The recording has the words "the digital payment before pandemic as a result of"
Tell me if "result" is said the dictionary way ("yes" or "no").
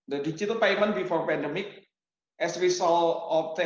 no